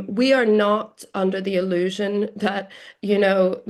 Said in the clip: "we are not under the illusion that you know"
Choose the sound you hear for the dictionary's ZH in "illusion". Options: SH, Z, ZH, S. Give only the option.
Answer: ZH